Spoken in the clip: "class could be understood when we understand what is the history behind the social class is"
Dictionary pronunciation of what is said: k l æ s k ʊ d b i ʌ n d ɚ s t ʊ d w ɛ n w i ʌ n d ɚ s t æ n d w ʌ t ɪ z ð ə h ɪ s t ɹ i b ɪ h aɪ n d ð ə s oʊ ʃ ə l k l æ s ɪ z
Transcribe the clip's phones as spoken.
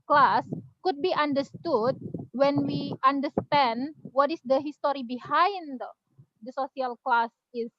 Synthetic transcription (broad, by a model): k l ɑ s k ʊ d b i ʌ n d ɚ s t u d w ɛ n w i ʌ n d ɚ s t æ n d w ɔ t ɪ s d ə h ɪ s t ɹ i b ɪ h aɪ n d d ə s oʊ s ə l k l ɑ s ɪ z